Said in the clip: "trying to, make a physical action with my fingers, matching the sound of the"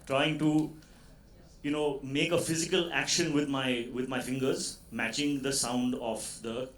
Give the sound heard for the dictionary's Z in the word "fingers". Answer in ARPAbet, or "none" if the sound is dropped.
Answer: Z